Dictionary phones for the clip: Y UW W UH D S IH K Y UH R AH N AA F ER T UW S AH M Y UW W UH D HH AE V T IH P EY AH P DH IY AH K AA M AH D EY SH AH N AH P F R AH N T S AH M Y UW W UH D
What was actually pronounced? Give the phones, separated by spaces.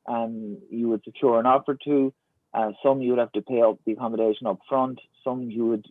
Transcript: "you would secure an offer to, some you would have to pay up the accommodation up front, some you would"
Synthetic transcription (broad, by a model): Y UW W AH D S IH K Y UH R AH N AA F ER T UW S AH M Y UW W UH D HH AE F T IH P EY AH P DH IY AH K AA M AH D EY SH AH N AH P F R AH N T S AH M Y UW W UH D